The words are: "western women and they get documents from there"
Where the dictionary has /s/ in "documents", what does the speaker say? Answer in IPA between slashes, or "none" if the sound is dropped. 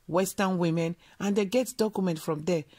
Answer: none